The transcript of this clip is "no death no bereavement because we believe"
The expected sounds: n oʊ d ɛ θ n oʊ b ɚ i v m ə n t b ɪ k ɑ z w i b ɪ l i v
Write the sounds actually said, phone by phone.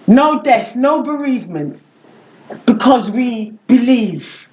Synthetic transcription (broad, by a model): n oʊ d ɛ θ n oʊ b ɚ i v m ə n t b ɪ k ɑ z w i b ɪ l i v